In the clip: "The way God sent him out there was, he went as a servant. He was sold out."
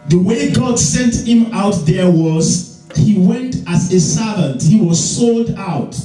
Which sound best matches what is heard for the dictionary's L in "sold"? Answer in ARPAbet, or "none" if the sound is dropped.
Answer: L